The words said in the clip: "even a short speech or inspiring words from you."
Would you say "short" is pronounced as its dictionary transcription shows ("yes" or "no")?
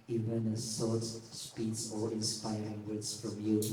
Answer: no